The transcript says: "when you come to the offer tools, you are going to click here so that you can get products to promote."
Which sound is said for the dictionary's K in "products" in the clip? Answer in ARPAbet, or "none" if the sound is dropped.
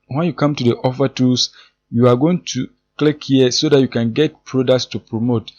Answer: K